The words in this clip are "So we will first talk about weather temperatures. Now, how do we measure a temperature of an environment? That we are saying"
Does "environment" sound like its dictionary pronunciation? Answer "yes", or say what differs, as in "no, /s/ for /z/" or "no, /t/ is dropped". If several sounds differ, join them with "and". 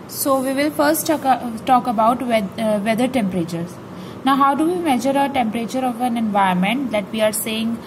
no, /ɹ/ is dropped